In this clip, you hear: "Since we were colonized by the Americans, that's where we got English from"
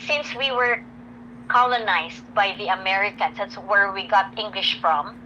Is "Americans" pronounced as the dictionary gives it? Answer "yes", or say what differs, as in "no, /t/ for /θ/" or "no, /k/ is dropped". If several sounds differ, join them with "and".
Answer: no, /s/ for /z/